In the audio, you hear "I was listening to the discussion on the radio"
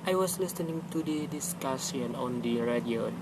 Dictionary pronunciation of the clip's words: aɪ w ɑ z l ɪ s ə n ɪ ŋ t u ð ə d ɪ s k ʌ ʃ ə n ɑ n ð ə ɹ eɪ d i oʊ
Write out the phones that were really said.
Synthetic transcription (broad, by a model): aɪ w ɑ s l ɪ s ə n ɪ ŋ t u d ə d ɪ s k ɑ s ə n ɑ n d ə ɹ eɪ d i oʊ